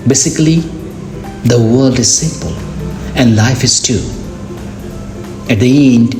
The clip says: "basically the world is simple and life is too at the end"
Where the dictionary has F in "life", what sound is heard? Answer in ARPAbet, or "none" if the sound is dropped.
F